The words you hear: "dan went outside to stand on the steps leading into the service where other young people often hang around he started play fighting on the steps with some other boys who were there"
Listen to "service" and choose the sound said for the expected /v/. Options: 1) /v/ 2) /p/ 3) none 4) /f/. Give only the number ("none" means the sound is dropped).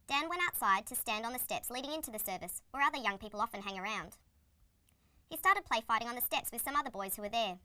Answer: 1